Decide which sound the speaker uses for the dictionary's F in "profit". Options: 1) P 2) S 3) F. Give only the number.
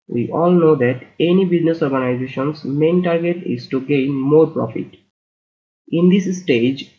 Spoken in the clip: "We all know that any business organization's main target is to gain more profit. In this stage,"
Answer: 3